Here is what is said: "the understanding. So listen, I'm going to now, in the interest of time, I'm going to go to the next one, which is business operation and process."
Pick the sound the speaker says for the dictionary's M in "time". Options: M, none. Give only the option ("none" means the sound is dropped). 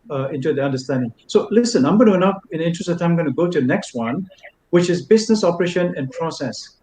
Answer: none